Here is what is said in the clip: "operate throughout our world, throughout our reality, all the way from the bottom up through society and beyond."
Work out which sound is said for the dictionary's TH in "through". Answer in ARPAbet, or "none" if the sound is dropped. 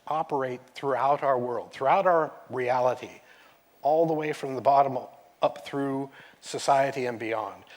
TH